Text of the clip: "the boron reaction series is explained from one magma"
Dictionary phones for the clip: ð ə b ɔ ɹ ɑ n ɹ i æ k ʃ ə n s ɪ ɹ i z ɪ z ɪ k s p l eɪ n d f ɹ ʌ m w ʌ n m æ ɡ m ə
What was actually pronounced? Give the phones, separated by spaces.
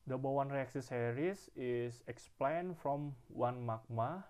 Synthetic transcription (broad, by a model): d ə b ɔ w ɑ n ɹ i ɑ k s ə s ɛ ɹ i s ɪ s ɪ k s p l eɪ n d f ɹ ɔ m w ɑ n m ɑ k m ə